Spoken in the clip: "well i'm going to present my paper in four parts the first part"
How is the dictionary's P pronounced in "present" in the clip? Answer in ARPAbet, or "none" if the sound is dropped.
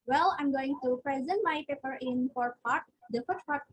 P